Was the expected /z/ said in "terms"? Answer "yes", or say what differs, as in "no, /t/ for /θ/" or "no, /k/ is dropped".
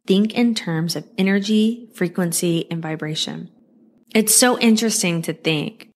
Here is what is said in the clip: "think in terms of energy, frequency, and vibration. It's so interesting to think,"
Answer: yes